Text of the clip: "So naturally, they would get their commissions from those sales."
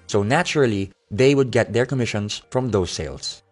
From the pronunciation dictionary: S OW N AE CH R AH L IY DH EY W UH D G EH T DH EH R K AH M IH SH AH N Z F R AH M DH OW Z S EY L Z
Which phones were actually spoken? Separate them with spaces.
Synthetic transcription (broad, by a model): S OW N AE CH R AH L IY DH EY W UH D G EH T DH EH R K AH M IH SH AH N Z F R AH M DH OW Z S EY L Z